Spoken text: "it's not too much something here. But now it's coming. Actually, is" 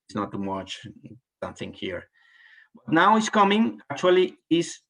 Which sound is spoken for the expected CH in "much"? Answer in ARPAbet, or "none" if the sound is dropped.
CH